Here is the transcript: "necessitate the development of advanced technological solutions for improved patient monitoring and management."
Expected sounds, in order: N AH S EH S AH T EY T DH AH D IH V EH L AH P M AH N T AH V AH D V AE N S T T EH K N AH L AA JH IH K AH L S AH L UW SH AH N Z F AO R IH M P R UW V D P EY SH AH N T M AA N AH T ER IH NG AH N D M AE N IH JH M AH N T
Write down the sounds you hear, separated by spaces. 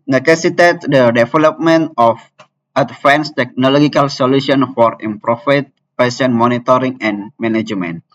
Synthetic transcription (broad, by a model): N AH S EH S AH T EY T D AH D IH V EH L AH P M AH N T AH F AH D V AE N S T T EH K N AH L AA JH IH K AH L S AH L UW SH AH N F AO R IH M P R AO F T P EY S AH N M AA N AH T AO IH NG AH N M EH N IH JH M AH N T